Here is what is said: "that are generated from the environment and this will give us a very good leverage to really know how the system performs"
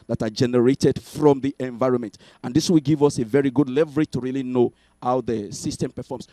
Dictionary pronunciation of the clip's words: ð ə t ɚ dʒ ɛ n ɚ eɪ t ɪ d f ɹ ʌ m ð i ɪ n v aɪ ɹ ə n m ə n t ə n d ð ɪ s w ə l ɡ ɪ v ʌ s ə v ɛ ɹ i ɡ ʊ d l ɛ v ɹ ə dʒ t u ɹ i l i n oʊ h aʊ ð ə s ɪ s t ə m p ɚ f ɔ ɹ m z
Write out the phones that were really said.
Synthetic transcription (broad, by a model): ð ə t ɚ dʒ ɛ n ɚ eɪ t ɪ d f ɹ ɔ m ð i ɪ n v aɪ ɹ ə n m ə n t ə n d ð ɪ s w ə l ɡ ɪ v ʌ s ə v ɛ ɹ i ɡ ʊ d l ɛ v ɹ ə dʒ t u ɹ i l i n oʊ h aʊ ð ə s ɪ s t ə m p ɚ f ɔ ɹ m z